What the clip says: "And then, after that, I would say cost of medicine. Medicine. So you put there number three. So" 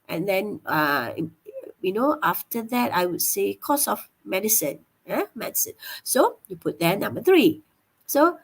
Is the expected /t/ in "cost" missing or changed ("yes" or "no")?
yes